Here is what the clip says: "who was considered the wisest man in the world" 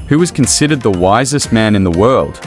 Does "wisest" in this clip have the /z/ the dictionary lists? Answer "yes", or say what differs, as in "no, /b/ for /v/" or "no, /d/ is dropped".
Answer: yes